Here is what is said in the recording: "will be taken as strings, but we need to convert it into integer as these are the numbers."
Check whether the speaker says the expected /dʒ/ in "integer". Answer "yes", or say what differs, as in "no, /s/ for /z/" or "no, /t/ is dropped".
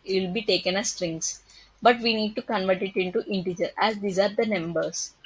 yes